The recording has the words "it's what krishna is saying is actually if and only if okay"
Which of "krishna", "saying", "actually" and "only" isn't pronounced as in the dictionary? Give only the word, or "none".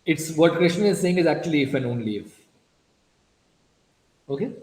none